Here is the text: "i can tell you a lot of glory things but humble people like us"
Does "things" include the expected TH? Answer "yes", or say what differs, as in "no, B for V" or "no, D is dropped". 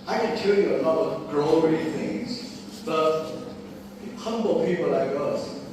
yes